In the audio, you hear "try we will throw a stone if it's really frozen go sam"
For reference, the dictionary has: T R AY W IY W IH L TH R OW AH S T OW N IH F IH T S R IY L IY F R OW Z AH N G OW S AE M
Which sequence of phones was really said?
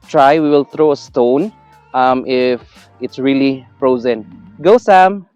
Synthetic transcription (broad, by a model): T R AY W IY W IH L T R OW AH S T OW N IH F IH T S R IY L IY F R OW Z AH N G OW S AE M